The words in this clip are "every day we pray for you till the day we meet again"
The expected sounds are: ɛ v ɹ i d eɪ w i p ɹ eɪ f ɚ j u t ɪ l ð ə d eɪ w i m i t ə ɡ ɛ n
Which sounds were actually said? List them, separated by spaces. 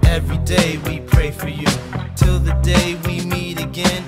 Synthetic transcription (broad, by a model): ɛ v ɹ i d eɪ w i p ɹ eɪ f ɚ j u t ɪ l ð ə d eɪ w i m i t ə ɡ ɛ n